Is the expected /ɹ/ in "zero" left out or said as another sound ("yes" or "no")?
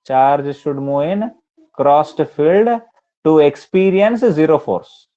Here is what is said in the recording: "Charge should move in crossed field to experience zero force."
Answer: no